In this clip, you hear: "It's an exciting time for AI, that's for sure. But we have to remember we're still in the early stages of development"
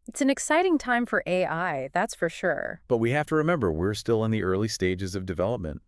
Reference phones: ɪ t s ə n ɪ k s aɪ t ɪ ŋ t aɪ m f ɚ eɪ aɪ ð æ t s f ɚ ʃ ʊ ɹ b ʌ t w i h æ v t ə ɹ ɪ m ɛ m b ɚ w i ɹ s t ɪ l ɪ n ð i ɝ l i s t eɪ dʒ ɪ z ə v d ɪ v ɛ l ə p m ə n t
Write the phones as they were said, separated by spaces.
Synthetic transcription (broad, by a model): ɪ t s ə n ɪ k s aɪ t ɪ ŋ t aɪ m f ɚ eɪ aɪ ð æ t s f ɚ ʃ ʊ ɹ b ʌ t w i h æ f t ə ɹ ɪ m ɛ m b ɚ w i ɹ s t ɪ l ɪ n ð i ɝ l i s t eɪ dʒ ɪ z ə v d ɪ v ɛ l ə p m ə n t